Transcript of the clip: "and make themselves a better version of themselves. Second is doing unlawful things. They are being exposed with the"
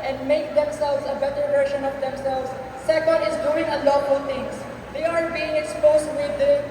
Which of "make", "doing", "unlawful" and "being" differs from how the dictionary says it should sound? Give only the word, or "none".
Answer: unlawful